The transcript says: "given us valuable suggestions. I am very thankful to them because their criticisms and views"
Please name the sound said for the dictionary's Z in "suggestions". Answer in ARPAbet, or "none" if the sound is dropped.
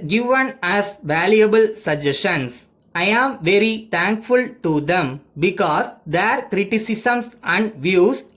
S